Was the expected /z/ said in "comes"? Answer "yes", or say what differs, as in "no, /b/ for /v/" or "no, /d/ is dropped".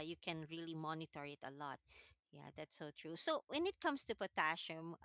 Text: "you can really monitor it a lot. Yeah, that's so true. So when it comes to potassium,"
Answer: no, /s/ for /z/